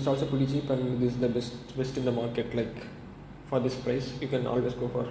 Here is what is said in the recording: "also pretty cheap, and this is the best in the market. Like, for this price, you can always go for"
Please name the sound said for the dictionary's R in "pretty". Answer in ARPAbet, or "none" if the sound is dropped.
none